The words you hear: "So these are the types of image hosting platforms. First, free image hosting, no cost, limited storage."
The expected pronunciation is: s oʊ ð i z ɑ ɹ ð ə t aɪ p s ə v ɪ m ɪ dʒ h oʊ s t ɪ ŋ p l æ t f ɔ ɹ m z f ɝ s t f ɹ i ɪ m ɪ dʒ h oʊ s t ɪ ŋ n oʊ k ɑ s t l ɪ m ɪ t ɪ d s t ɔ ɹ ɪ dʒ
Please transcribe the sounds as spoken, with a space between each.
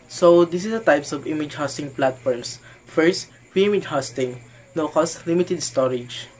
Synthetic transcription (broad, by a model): s oʊ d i s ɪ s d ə t aɪ p s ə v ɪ m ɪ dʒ h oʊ s t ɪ ŋ p l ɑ t f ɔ ɹ m s f ɝ s t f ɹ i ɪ m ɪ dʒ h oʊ s t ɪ ŋ n oʊ k ɑ s t l ɪ m ɪ t ɪ d s t ɔ ɹ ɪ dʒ